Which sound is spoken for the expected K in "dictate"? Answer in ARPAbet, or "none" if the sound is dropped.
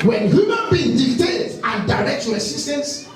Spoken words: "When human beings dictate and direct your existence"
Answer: none